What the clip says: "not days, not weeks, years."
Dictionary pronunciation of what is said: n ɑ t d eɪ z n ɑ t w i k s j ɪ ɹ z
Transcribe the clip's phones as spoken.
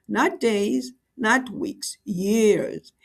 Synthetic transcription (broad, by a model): n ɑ t d eɪ z n ɑ t w i k s j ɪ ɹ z